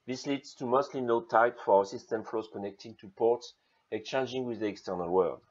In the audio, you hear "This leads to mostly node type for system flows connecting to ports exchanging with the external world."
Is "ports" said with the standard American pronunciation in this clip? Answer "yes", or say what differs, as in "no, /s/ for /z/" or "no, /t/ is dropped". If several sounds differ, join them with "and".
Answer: yes